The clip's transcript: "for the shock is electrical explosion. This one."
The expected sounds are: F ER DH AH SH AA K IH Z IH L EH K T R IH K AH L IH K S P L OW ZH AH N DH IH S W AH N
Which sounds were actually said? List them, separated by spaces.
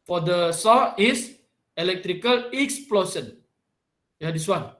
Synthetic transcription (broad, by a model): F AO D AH S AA IH S IH L EH K T R IH K AH L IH K S P L OW S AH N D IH S W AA N